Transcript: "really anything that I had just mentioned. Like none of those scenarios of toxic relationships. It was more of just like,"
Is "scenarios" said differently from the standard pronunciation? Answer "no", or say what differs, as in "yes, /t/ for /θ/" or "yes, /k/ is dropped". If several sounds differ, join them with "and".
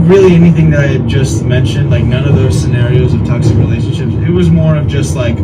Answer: no